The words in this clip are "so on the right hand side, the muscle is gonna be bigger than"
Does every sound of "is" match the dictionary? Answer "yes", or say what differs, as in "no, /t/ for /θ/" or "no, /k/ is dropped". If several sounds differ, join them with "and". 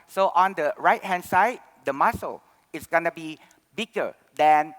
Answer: no, /s/ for /z/